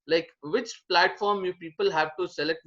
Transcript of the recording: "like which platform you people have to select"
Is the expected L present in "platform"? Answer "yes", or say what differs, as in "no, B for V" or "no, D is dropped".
yes